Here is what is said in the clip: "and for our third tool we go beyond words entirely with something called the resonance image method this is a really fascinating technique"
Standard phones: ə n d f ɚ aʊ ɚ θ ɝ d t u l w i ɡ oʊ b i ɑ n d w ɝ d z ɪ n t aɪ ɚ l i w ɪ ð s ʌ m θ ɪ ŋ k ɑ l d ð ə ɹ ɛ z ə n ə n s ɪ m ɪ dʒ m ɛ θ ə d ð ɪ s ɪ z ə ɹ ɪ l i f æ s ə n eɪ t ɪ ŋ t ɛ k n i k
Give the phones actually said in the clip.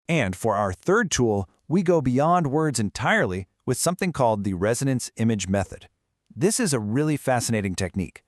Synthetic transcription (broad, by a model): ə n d f ɚ aʊ ɚ θ ɝ d t u l w i ɡ oʊ b i ɑ n d w ɝ d z ɪ n t aɪ ɚ l i w ɪ ð s ʌ m θ ɪ ŋ k ɑ l d ð ə ɹ ɛ z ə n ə n s ɪ m ɪ dʒ m ɛ θ ə d ð ɪ s ɪ z ə ɹ ɪ l i f æ s ə n eɪ t ɪ ŋ t ɛ k n i k